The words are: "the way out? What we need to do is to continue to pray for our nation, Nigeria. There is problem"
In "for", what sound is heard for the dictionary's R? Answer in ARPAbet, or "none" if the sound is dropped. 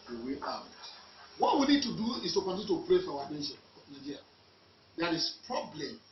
W